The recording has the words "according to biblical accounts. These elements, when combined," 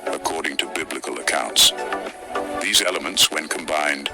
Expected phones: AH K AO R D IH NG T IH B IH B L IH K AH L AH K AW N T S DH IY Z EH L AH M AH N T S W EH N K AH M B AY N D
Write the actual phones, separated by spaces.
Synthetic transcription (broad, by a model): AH K AO R D IH NG T IH B IH B L IH K AH L AH K AW N T S DH IY Z EH L AH M AH N T S W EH N K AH M B AY N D